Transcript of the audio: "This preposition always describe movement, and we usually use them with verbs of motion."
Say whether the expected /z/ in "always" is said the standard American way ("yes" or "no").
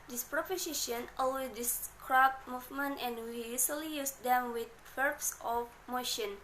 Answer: no